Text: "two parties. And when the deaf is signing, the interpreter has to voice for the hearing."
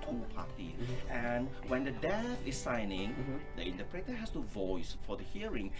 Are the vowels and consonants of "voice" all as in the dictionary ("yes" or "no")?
yes